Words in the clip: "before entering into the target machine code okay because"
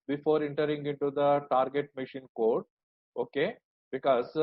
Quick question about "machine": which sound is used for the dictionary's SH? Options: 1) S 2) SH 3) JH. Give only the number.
2